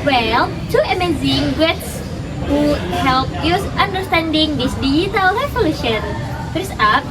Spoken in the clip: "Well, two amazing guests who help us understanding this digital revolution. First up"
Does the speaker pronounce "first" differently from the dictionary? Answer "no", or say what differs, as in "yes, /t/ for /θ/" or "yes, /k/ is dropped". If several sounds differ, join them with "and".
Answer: yes, /t/ is dropped